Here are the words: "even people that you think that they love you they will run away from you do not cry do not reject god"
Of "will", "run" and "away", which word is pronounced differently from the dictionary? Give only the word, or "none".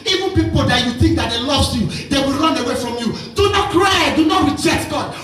none